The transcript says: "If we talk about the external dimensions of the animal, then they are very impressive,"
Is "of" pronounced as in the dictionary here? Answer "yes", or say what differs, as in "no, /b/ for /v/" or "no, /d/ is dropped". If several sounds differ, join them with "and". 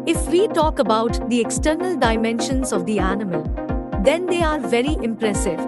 yes